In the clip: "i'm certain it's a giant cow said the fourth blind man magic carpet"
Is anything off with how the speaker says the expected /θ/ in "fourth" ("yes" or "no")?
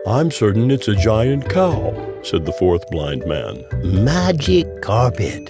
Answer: no